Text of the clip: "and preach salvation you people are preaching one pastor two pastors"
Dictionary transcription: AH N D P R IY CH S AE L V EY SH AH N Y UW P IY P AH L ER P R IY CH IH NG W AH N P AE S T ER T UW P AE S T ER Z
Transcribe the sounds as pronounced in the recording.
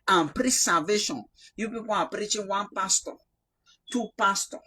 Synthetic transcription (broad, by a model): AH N P R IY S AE V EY SH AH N Y UW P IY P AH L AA P R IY CH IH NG W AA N P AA S T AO T UW P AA S T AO